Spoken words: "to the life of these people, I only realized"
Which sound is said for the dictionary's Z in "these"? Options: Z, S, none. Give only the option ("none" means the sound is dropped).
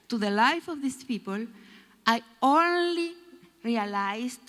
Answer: S